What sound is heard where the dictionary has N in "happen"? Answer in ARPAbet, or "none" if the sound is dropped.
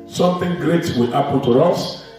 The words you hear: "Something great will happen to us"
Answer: L